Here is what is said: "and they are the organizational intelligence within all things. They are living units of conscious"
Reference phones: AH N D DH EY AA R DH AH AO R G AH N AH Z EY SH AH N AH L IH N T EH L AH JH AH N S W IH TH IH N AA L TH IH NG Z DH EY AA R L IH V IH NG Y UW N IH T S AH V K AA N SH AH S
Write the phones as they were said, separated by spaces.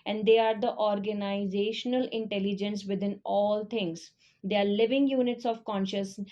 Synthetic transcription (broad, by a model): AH N D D EY AA R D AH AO R G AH N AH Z EY SH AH N AH L IH N T EH L AH JH AH N S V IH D IH N AA L T IH NG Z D EY AA R L IH V IH NG Y UW N IH T S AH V K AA N SH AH S